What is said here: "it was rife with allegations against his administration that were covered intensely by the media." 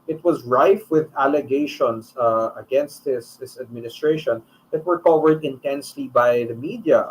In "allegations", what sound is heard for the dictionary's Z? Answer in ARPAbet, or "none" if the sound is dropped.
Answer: S